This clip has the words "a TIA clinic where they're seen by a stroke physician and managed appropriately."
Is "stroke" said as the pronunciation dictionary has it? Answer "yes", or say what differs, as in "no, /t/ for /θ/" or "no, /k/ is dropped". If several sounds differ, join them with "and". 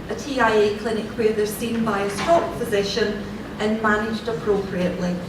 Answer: no, /ɹ/ is dropped